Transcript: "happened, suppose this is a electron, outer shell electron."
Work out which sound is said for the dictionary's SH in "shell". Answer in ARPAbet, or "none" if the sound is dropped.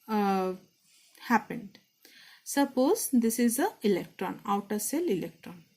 S